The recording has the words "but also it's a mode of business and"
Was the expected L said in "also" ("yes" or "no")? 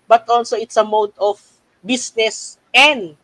yes